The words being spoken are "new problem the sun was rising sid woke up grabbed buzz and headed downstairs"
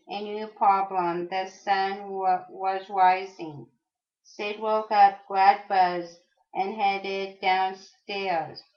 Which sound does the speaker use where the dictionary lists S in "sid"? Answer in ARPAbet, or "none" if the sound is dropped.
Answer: S